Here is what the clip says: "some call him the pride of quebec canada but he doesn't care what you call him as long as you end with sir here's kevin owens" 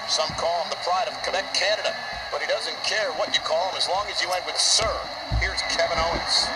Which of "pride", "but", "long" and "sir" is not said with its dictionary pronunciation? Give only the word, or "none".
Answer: none